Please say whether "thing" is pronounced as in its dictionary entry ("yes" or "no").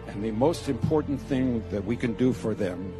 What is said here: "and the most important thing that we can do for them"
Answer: yes